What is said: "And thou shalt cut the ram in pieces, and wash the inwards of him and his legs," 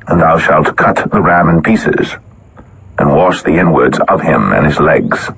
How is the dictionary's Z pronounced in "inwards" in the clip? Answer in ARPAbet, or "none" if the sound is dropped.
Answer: Z